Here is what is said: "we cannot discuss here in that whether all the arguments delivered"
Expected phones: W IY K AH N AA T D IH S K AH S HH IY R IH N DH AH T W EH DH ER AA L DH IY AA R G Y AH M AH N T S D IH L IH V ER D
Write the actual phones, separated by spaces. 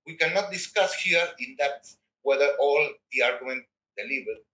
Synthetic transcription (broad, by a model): W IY K AH N AA T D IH S K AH S HH IY R IH N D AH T W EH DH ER AA L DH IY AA R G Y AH M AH N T D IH L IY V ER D